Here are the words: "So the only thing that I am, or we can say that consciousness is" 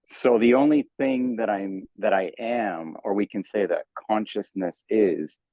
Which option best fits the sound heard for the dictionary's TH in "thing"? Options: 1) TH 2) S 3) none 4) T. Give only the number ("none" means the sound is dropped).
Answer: 1